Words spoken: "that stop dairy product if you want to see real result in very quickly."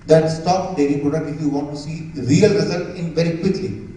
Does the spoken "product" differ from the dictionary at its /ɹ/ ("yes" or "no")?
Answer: yes